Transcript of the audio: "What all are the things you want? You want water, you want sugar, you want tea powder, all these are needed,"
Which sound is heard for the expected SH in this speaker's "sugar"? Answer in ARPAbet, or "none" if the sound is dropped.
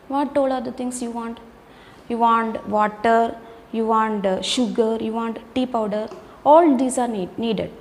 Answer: SH